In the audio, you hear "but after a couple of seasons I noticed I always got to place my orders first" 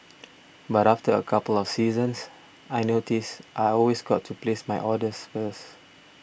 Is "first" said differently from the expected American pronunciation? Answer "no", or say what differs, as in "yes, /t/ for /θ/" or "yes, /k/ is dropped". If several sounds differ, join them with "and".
yes, /t/ is dropped